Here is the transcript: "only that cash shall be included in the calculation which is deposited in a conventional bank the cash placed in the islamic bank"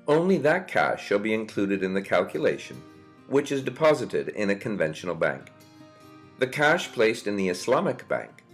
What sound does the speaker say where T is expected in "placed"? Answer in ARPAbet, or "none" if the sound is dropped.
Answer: T